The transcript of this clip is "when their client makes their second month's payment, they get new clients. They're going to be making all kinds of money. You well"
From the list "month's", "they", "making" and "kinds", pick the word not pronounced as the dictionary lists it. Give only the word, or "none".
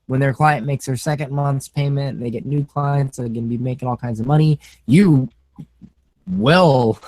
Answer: none